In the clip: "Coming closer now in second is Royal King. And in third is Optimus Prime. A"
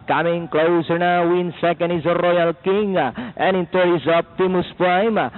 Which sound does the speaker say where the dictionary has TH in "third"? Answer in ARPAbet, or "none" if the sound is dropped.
T